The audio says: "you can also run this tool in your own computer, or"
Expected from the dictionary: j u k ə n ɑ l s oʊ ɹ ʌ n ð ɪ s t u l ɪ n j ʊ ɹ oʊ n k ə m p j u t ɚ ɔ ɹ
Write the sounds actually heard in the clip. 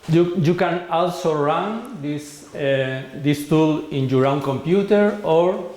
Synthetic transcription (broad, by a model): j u k ə n ɑ l s oʊ ɹ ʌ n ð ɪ s t u l ɪ n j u ɹ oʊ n k ə m p j u t ɚ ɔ ɹ